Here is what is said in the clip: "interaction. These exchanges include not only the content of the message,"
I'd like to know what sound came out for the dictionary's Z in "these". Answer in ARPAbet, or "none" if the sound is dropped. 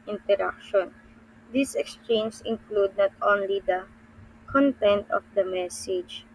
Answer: S